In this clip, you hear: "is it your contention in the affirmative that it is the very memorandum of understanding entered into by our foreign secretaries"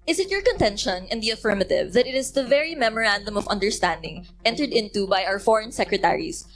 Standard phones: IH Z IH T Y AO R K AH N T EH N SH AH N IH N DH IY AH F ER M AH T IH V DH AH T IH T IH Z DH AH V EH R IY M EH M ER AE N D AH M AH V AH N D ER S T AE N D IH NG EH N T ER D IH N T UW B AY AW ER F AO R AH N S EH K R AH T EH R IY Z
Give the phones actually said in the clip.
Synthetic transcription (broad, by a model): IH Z IH T Y AO R K AH N T EH N SH AH N IH N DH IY AH F ER M AH T IH V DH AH T IH T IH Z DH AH V EH R IY M EH M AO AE N D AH M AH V AH N D ER S T AE N D IH NG EH N T ER D IH N T UW B AY AW ER F AO R AH N S EH K R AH T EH R IY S